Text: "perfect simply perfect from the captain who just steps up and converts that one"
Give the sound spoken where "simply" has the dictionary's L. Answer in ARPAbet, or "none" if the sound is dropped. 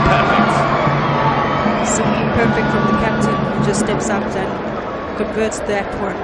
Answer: none